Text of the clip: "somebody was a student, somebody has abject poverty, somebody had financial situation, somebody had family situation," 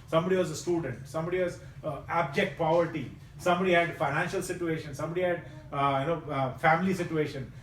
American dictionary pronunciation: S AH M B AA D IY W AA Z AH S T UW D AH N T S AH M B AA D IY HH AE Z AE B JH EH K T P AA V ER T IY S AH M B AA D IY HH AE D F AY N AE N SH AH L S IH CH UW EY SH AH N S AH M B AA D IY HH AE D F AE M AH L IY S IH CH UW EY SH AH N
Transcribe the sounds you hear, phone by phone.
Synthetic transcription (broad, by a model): S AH M B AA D IY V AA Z AH S T UW D AH N T S AH M B AA D IY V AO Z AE B JH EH K T P AA V ER T IY S AH M B AA D IY HH AE D F AY N AE N SH AH L S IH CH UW EY SH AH N S AH M B AA D IY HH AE D F AE M AH L IY S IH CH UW EY SH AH N